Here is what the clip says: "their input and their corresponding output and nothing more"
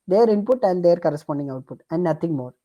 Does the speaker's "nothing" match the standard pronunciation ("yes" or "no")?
no